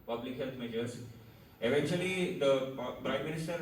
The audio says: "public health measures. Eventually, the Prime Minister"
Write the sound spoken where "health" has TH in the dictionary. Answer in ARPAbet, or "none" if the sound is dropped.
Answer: T